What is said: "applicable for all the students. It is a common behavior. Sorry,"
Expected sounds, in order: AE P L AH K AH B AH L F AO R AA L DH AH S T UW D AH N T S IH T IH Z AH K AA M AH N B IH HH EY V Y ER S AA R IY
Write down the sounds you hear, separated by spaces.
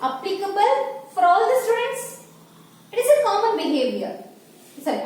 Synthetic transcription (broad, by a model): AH P L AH K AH B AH L F AO R AA L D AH S T UW D AH N T S IH T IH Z AH K AA M AH N B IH HH EY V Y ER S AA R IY